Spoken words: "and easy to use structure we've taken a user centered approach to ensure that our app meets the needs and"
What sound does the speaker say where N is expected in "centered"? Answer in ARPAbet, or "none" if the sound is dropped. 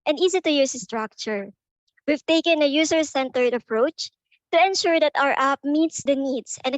N